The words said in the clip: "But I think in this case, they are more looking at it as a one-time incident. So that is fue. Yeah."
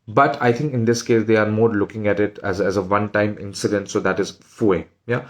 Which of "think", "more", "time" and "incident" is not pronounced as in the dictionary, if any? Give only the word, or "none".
think